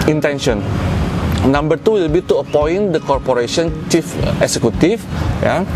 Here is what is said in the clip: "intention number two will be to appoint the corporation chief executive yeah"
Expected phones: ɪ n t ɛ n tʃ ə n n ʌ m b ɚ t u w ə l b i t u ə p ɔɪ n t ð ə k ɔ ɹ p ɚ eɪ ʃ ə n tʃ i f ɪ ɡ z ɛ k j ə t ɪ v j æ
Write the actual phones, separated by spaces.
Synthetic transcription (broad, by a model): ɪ n t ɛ n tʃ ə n n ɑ m b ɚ t u w ə l b i t u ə p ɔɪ n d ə k ɔ ɹ p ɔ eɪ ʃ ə n tʃ i f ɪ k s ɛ k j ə t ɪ f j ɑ